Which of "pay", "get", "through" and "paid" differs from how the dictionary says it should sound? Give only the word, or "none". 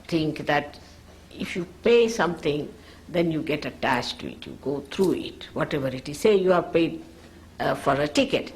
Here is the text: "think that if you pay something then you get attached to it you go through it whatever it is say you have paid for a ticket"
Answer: through